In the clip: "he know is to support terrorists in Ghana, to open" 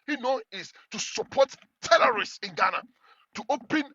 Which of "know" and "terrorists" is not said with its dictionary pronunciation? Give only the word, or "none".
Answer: terrorists